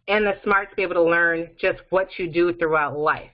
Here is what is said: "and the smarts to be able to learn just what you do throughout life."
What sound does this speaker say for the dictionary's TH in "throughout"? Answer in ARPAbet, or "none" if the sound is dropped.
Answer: TH